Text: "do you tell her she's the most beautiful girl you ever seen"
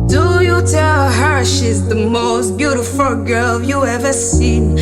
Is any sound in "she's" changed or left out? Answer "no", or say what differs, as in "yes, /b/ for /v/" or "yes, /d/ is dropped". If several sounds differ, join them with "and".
no